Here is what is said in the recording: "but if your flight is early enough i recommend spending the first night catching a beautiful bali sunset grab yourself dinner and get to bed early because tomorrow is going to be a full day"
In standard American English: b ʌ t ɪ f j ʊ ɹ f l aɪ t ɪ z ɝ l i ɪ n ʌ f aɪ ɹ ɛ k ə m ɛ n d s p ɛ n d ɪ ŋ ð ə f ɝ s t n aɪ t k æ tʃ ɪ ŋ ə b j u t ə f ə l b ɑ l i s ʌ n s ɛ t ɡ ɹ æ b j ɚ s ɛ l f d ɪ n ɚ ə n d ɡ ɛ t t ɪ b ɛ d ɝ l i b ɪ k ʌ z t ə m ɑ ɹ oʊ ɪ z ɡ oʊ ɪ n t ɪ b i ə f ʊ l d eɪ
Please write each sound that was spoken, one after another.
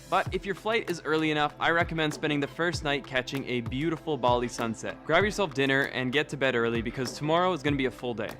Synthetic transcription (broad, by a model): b ʌ t ɪ f j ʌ ɹ f l aɪ t ɪ z ɝ l i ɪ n ʌ f aɪ ɹ ɛ k ə m ɛ n d s p ɛ n d ɪ ŋ ð ə f ɝ s t n aɪ t k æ tʃ ɪ ŋ ə b j u t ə f l b ɑ l i s ʌ n s ɛ t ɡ ɹ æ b j ɚ s ɛ l f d ɪ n ɚ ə n ɡ ɛ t t ɪ b ɛ d ɝ l i b ɪ k ʌ z t ə m ɑ ɹ oʊ ɪ z ɡ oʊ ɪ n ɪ b i ə f ʊ l d eɪ